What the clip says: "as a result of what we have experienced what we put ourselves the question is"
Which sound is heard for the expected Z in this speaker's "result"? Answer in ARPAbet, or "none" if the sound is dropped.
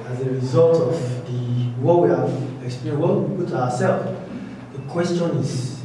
Z